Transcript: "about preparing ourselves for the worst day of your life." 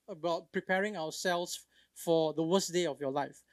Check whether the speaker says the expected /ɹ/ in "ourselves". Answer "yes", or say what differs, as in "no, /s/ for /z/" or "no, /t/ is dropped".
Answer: no, /w/ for /ɹ/